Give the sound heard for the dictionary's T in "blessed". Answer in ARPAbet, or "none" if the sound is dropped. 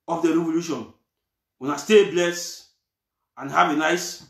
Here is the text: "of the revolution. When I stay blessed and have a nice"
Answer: none